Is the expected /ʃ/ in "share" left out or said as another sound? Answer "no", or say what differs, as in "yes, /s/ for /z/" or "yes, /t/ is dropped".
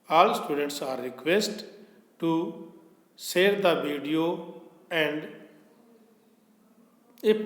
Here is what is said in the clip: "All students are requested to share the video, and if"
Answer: yes, /s/ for /ʃ/